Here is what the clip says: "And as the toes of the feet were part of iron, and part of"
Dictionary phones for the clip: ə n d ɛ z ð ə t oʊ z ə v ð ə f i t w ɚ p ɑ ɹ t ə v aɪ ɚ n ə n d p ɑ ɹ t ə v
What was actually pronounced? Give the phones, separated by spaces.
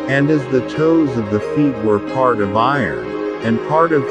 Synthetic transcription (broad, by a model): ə n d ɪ z ð ə t oʊ z ə v ð ə f i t w ɚ p ɑ ɹ t ə v aɪ ɚ n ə n p ɑ ɹ t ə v